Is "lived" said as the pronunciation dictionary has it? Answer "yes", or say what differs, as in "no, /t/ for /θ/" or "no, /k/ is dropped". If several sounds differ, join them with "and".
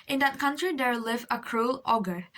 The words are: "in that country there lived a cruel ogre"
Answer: no, /d/ is dropped